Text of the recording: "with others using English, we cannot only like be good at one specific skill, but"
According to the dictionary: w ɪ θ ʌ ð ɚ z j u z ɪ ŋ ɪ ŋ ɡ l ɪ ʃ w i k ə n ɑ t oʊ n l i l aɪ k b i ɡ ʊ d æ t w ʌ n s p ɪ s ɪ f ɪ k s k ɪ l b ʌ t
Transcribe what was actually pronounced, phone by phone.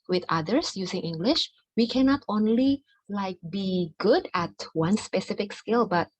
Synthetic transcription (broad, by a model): w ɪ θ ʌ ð ɚ s j u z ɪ ŋ ɪ ŋ ɡ l ɪ ʃ w i k ə n ɑ t oʊ n l i l aɪ k b i ɡ ʊ d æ t w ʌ n s p ɪ s ɪ f ɪ k s k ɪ l b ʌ t